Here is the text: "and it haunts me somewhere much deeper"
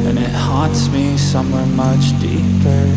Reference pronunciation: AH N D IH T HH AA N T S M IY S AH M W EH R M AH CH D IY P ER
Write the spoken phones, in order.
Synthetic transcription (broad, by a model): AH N IH T HH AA T S M IY S AH M W EH R M AH CH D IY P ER